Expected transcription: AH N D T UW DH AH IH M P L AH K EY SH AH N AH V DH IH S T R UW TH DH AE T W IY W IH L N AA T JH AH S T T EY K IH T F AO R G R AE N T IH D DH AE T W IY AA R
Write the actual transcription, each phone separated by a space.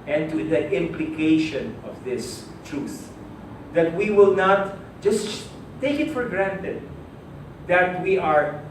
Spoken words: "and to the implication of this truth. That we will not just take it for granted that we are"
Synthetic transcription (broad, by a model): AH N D T UW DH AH IH M P L AH K EY SH AH N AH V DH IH S T R UW TH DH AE T W IY W IH L N AA T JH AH S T T EY K IH T F AO R G R AE N T IH D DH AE T W IY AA R